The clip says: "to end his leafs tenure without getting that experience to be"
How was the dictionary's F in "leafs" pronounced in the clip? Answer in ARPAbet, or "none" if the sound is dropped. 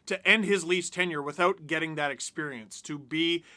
none